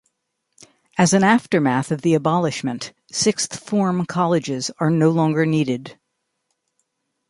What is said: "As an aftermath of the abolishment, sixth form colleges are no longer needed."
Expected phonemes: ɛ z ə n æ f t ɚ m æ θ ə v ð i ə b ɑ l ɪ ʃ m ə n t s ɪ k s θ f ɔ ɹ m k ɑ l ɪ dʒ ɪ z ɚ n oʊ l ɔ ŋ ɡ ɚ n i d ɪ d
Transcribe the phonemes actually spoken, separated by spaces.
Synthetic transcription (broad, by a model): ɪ z ə n æ f t ɚ m æ θ ə v ð i ə b ɑ l ɪ ʃ m ə n t s ɪ k s θ f ɔ ɹ m k ɑ l ɪ dʒ ɪ z ɚ n oʊ l ɔ ŋ ɡ ɚ n i d ɪ d